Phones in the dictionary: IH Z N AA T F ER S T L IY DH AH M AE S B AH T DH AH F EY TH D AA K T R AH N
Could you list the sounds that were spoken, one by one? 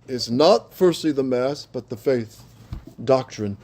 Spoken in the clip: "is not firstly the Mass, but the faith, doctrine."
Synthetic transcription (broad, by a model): IH Z N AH T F ER S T L IY DH AH M AE S B AH T DH AH F EY TH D AA K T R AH N